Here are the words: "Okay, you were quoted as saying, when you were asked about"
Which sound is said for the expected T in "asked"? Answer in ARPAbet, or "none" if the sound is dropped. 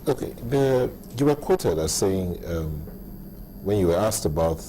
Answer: T